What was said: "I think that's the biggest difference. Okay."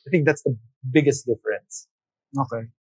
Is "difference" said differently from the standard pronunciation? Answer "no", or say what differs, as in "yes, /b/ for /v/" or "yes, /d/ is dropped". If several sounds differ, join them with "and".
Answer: no